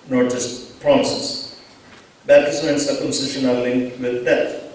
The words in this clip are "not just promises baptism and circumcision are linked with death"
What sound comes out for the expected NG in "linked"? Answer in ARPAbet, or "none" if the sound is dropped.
NG